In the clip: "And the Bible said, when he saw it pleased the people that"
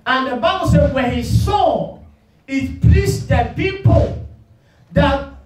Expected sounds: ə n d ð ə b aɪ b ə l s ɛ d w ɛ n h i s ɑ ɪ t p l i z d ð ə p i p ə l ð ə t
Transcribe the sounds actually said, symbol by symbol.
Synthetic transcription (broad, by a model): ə n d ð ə b aɪ b ə l s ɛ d w ɛ n h i s ɑ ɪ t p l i s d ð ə p i p ə l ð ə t